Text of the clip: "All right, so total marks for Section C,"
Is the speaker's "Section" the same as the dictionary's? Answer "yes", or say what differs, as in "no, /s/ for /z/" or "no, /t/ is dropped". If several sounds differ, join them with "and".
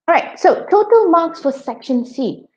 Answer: yes